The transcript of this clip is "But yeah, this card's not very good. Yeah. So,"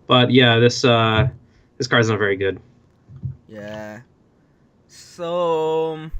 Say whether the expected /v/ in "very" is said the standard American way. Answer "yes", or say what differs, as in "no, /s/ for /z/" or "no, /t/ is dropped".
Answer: yes